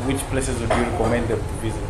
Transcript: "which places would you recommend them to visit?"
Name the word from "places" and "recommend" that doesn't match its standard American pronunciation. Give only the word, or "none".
none